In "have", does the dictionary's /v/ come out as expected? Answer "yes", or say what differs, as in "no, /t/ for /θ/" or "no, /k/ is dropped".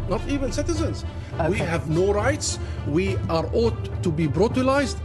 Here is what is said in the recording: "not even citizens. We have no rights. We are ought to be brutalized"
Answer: yes